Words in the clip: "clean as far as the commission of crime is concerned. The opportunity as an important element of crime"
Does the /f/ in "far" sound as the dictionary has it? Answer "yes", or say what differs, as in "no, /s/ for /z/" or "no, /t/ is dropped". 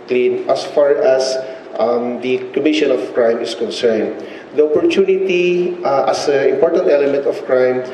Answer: yes